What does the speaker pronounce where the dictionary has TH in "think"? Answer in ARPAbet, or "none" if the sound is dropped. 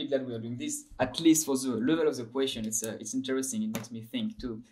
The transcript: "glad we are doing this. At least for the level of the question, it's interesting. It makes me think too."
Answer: TH